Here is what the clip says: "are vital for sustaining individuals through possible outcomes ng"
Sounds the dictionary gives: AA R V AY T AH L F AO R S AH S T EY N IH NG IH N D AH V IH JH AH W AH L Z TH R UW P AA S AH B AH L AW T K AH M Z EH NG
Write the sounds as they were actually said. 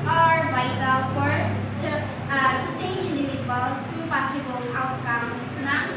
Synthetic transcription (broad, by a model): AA R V AY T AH L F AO R S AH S T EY IH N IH N D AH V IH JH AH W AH L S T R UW P AA S AH B AH L AW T K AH M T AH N